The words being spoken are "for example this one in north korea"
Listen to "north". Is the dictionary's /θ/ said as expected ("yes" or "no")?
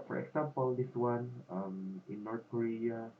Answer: no